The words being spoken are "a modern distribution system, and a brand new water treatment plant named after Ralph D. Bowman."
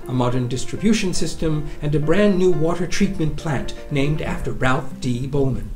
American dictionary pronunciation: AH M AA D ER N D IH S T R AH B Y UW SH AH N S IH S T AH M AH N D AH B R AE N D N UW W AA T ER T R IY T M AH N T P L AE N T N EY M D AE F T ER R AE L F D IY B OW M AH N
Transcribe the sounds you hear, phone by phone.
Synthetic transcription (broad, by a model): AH M AA D ER N D IH S T R AH B Y UW SH AH N S IH S T AH M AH N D AH B R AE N N UW W AA T ER T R IY T M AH N P L AE N T N EY M D AE F T ER R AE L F D IY B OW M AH N